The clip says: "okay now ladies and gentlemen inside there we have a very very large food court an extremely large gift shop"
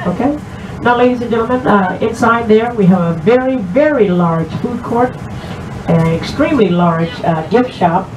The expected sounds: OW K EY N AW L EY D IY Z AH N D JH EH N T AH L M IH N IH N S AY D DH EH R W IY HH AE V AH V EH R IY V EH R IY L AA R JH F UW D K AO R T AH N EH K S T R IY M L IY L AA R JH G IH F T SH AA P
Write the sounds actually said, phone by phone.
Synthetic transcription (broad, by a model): OW K EY N AW L EY D IY Z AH N JH EH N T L M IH N IH N S AY D DH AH R W IY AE V AH V EH R IY V EH R IY L AA R JH F UW D K AO R T AH N EH K S T R IY M L IY L AA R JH G IH F T SH AA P